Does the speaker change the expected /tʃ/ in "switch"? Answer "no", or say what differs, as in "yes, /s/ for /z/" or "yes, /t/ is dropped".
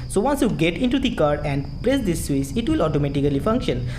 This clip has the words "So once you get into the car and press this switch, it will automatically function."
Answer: yes, /s/ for /tʃ/